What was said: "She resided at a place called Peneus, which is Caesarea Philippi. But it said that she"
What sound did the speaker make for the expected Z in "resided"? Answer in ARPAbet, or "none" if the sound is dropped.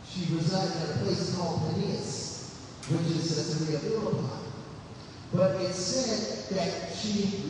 Z